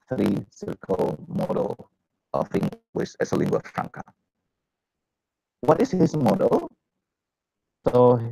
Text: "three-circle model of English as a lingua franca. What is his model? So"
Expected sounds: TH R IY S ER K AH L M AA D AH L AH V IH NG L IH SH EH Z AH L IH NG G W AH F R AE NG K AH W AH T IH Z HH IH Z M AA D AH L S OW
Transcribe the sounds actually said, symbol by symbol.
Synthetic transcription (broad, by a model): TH R IY S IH K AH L M AA D AH L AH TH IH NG W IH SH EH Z AH L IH NG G W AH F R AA NG K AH W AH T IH S HH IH S M AA D AH L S OW